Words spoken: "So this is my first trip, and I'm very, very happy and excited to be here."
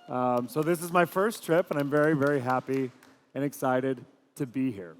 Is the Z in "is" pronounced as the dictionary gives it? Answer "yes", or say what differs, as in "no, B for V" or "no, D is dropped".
yes